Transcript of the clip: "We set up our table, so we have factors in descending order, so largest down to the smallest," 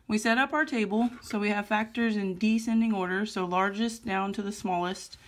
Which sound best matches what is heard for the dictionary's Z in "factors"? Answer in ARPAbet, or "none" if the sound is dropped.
Z